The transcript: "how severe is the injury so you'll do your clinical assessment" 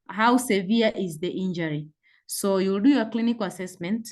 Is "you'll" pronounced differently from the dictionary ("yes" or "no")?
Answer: no